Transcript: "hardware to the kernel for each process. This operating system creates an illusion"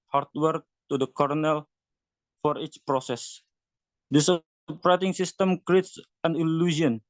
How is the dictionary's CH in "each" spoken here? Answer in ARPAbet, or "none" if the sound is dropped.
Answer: CH